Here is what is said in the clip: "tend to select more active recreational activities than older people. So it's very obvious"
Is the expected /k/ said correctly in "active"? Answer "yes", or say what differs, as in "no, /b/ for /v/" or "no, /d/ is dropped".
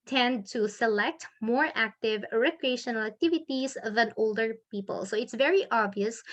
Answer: yes